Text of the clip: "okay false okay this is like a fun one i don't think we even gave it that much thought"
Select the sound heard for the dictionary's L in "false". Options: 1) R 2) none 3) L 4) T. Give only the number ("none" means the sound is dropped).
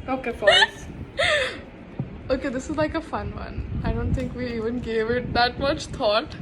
2